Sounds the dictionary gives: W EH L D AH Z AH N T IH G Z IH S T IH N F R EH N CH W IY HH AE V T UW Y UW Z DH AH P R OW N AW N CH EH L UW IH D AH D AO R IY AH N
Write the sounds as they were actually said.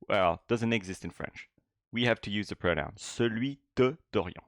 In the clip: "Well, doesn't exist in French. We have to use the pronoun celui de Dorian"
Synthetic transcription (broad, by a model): W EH L D AH Z AH N T IH G Z IH S T IH N F R EH N CH W IY HH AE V T UW Y UW Z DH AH P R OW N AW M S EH L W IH D AH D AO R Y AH